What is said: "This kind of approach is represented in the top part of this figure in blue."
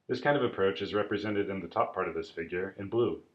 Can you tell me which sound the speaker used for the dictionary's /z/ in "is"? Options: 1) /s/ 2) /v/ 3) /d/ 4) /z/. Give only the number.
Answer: 4